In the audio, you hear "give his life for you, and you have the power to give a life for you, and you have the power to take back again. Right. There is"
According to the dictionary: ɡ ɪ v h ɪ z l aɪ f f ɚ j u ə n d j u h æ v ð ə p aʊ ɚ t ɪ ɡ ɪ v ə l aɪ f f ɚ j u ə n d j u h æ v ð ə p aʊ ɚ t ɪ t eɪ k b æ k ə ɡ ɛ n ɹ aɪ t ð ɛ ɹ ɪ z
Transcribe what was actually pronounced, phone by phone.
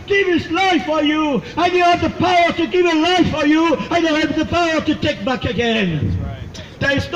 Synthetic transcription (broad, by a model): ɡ ɪ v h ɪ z l aɪ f f ɚ j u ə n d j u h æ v ð ə p aʊ ɚ t ɪ ɡ ɪ v ə l aɪ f f ɚ j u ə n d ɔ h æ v ð ə p aʊ ɚ t ɪ t eɪ k b æ k ə ɡ ɛ n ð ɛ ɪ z